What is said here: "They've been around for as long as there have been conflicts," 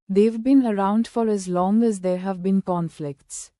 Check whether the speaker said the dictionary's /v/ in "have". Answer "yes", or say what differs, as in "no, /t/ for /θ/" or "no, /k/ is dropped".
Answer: yes